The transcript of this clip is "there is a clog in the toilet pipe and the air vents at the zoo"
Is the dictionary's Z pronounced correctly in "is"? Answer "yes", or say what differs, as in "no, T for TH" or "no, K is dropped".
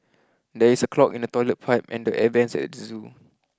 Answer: no, S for Z